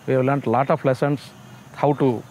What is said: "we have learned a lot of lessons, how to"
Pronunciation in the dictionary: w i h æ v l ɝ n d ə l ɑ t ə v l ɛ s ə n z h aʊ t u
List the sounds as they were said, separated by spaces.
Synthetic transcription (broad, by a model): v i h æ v l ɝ n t l ɑ t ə f l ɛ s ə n s h aʊ t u